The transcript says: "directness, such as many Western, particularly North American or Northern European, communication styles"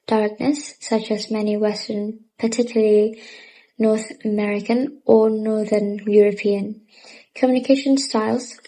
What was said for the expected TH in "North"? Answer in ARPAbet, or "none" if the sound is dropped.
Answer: TH